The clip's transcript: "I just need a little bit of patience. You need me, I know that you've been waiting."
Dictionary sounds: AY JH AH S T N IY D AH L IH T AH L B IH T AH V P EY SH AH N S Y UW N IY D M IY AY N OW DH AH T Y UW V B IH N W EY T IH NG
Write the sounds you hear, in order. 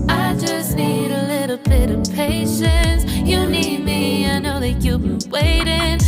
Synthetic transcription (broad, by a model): AY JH AH S N IY D AH L IH T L B IH T AH V P EY SH AH N S Y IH N IY D M IY AY N OW DH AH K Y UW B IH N W EY T IH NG